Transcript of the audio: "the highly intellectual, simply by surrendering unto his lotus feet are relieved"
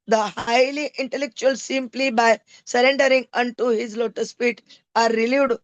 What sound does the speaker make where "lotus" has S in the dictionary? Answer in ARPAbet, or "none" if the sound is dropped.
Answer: S